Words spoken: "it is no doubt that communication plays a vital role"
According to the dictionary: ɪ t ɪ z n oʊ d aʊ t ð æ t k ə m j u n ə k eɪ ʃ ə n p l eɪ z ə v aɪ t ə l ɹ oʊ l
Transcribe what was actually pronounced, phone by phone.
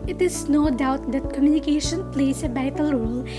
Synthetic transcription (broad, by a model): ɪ t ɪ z n oʊ d aʊ t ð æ t k ə m j u n ə k eɪ ʃ ə n p l eɪ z ə b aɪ t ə l ɹ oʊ l